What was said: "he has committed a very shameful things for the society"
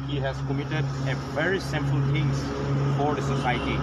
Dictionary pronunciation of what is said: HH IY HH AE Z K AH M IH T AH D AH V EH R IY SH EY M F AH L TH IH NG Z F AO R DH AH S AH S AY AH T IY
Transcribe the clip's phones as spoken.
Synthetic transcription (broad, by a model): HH IY HH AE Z K AH M IH T AH D AH V EH R IY S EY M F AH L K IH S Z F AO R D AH S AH S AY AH T IY